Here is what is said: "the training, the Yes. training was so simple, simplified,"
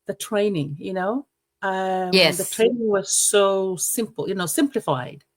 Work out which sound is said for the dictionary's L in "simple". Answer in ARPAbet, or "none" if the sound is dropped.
N